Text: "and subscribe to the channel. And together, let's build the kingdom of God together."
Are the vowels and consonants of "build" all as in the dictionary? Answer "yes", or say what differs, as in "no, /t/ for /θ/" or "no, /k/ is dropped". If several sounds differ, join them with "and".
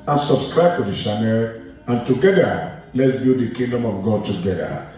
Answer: no, /l/ is dropped